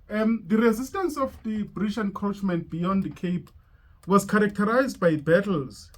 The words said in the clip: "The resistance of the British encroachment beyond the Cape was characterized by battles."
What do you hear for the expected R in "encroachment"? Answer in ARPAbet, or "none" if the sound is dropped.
none